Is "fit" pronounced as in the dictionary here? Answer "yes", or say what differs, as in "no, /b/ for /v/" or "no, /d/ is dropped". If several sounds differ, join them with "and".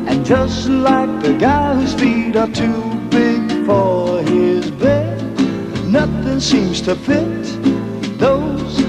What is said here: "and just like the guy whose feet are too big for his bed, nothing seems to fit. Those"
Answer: no, /p/ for /f/